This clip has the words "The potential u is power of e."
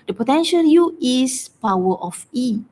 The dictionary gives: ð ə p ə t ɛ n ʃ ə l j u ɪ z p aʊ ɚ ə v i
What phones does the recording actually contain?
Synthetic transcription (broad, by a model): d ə p ə t ɛ n ʃ ə l j u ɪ s p aʊ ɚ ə f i